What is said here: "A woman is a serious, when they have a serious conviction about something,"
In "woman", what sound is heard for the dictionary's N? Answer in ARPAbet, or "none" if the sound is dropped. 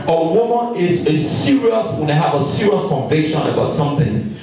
N